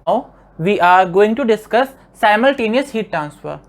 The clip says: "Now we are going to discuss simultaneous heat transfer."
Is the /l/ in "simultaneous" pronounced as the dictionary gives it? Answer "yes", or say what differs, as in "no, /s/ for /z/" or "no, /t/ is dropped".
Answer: yes